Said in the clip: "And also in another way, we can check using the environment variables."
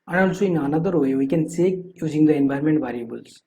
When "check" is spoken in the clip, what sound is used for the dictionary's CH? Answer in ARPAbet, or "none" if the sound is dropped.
S